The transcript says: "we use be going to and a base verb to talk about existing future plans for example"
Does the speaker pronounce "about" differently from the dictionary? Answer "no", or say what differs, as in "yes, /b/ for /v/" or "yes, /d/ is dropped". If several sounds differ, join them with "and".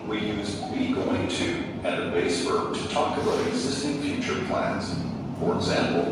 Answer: yes, /t/ is dropped